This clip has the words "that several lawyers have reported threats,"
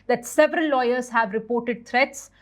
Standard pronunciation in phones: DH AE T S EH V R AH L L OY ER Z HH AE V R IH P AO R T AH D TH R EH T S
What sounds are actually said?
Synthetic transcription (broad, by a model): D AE T S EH V R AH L L OY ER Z HH AE V R IH P AO R T AH D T R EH T S